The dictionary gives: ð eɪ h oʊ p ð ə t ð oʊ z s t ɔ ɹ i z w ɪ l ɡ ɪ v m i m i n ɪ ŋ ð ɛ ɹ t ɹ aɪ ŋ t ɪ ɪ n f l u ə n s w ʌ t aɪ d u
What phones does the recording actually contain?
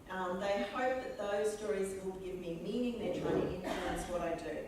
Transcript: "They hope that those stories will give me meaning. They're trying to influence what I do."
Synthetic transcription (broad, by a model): ð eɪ h oʊ p ð ə t ð oʊ z s t ɔ ɹ i z w ɪ l ɡ ɪ v m i m i n ɪ ŋ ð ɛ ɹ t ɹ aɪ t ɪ ɪ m f l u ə n s w ʌ t aɪ d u